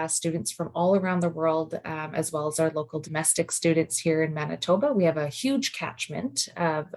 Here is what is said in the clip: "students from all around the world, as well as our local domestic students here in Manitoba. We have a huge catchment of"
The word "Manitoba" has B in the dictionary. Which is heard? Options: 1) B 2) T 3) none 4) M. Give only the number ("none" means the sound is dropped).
1